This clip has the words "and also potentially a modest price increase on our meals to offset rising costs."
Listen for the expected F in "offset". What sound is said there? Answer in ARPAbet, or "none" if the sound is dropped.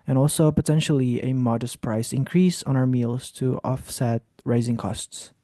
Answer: F